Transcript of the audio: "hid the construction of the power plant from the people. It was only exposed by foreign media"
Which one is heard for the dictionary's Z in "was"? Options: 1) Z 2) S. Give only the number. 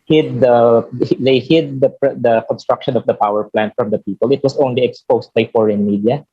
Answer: 2